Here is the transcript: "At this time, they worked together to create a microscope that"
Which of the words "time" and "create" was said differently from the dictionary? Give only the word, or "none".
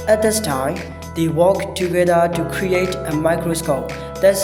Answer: none